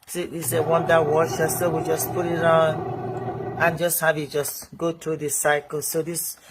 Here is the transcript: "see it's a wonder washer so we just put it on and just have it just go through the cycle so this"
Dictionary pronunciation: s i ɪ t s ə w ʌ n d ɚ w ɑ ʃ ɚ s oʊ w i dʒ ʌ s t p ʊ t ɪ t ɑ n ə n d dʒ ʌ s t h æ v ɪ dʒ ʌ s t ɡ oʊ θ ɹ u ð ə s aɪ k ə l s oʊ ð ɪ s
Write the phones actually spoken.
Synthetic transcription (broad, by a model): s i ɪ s ə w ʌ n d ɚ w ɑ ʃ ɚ s oʊ w i dʒ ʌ s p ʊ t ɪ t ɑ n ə n dʒ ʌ s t h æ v ɪ dʒ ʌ s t ɡ oʊ t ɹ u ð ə s aɪ k ə l s oʊ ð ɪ s